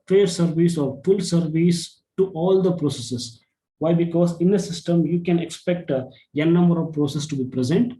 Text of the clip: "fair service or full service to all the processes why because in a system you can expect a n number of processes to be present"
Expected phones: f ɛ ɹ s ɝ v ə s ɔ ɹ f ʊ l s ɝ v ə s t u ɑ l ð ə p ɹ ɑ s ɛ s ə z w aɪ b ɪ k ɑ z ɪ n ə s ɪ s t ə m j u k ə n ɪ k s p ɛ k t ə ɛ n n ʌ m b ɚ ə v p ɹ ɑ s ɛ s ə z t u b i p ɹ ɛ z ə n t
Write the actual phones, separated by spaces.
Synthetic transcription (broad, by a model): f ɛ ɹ s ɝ v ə s ɔ ɹ f ʊ l s ɝ v ə s t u ɑ l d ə p ɹ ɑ s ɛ s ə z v aɪ b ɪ k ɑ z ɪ n ə s ɪ s t ə m j u k ə n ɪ k s p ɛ k t ə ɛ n n ʌ m b ɚ ə v p ɹ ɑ s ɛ s t u b i p ɹ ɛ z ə n t